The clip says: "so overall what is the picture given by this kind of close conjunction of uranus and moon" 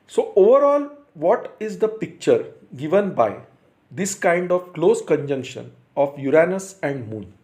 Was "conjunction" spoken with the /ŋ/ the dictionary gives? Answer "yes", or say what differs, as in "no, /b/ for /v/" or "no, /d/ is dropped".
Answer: yes